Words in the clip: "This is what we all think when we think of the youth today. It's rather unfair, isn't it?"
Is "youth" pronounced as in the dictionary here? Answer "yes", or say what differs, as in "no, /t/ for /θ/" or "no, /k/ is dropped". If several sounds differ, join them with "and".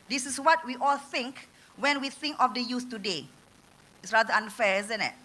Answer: no, /s/ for /θ/